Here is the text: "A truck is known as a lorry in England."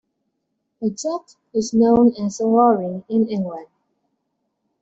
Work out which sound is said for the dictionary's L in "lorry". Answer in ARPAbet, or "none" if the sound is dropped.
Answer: W